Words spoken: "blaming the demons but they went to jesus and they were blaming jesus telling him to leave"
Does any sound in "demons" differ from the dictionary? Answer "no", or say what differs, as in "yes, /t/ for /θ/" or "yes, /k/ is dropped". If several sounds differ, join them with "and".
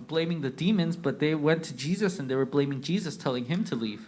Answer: no